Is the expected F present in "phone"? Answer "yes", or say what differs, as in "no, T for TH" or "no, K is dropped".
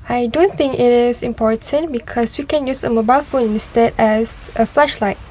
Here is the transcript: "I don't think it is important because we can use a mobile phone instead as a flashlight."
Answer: yes